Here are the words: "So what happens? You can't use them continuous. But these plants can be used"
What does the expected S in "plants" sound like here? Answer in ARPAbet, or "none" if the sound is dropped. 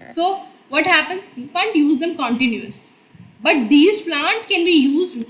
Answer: none